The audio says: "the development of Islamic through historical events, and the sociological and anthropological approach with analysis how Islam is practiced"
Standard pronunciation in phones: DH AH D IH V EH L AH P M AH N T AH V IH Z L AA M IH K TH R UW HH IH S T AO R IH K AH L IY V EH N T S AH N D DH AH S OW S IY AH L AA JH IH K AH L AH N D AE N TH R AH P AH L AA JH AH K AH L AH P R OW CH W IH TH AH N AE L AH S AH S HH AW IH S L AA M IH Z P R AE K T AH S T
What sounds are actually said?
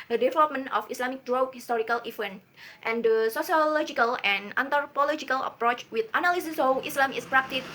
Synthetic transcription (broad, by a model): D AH D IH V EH L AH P M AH N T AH F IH S L AA M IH K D R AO HH IH S T AO R IH K AH L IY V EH N T AH N D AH S OW S IY AH L AA JH IH K AH L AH N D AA N T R P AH L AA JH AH K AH L AH P R OW CH W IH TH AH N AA L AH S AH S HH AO IH S L AA M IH S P R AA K T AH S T